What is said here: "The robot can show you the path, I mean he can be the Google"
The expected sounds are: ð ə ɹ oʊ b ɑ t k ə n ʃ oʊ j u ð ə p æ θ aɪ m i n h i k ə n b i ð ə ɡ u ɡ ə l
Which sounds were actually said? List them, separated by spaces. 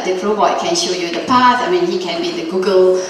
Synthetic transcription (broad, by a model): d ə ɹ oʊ ɑ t k ə n ʃ oʊ j u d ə p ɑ s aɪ m i n h i k ə n b i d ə ɡ u ɡ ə l